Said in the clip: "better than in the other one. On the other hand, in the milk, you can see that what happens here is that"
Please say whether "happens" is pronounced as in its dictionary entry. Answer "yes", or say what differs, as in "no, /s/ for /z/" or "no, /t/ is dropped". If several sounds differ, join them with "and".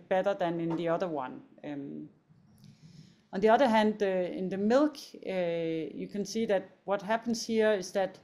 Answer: no, /s/ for /z/